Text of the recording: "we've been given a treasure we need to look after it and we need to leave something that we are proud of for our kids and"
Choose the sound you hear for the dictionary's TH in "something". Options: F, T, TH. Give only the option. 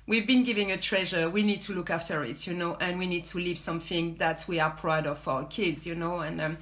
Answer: TH